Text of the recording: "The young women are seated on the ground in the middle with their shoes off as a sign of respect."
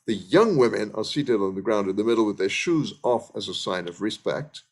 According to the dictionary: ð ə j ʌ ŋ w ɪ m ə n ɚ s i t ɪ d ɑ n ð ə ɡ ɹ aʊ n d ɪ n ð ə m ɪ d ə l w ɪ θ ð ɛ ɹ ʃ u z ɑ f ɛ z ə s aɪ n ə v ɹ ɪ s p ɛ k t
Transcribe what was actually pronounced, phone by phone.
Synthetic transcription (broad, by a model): ð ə j ʌ ŋ w ɪ m ə n ɚ s i t ɪ d n ð ə ɡ ɹ aʊ n d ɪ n ð ə m ɪ d l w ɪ ð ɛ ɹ ʃ u z ɑ f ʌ z ə s aɪ n ə v ɹ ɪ s p ɛ k t